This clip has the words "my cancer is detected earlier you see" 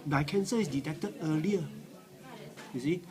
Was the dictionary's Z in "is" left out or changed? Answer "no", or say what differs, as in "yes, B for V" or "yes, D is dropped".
yes, S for Z